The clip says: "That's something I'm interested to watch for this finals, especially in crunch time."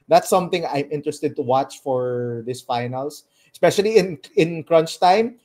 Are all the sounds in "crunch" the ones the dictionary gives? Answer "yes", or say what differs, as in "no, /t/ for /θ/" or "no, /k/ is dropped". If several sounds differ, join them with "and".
yes